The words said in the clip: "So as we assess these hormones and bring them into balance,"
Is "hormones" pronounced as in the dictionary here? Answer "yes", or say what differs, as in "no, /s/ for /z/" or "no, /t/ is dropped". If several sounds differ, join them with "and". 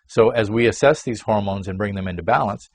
yes